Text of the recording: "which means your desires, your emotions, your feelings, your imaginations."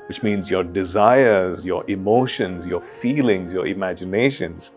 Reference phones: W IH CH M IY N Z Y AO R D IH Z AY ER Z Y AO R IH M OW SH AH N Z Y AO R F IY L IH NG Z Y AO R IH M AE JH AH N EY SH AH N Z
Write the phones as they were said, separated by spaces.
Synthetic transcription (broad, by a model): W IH CH M IY N Z Y AO R D IH Z AY ER Z Y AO R IH M OW SH AH N Z Y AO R F IY L IH NG Z Y AO R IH M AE JH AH N EY SH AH N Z